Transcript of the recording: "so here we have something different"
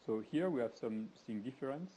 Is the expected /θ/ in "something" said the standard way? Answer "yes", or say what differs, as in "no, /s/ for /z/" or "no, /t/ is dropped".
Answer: no, /s/ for /θ/